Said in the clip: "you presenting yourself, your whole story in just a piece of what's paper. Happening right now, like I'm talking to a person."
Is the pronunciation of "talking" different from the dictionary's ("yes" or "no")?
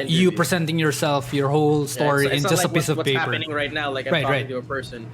yes